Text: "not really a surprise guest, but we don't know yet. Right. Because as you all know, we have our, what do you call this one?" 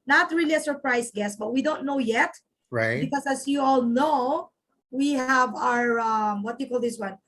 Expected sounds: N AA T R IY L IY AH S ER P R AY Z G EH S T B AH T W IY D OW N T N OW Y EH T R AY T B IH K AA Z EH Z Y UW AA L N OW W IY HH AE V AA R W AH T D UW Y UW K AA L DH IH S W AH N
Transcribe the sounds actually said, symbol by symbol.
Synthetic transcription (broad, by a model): N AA T R IY L IY AH S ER P R AY S G EH S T B AH T W IY D OW N T N OW Y EH T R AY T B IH K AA S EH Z Y UW AA L N OW W IY HH AE V AA R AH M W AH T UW K AA L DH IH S W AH N